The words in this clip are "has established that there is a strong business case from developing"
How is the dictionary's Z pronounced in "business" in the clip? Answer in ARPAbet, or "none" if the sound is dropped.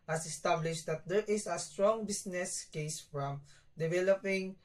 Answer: S